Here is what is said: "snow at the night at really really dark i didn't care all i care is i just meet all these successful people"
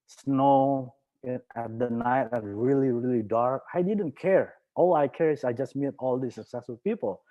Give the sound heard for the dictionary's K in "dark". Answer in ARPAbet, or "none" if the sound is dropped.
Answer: K